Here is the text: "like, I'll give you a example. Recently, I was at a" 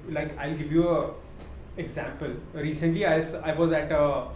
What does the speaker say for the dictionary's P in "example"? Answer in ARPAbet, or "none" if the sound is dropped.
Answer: P